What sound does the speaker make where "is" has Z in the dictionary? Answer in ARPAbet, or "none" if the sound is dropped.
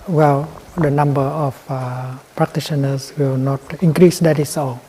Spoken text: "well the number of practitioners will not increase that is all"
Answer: S